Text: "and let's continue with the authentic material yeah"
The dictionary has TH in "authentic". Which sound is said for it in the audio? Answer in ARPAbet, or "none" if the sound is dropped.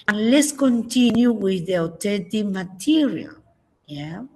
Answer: T